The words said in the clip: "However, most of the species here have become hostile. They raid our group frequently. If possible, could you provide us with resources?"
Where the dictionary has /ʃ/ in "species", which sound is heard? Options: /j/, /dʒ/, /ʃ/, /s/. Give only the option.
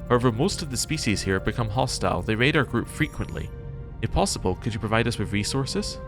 /ʃ/